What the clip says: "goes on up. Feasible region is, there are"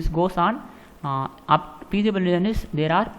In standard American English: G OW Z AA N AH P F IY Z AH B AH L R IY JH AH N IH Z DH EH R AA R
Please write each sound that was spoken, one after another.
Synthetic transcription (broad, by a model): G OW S AA N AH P P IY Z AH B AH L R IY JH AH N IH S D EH R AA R